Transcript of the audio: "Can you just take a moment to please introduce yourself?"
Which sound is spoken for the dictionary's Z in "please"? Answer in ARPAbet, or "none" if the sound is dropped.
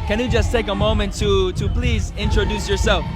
Z